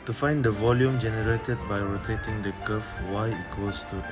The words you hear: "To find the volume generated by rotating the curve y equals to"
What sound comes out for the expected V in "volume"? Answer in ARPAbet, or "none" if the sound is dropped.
V